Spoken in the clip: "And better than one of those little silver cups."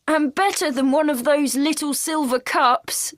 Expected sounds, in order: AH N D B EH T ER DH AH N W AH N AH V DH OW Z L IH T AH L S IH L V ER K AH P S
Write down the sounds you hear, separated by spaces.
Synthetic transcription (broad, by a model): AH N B EH T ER DH AH N W AH N AH V DH OW Z L IH T AH L S IH L V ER K AH P S